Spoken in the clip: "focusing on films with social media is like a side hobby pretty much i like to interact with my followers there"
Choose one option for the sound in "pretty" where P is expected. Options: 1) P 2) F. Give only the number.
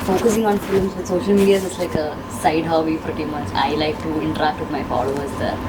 2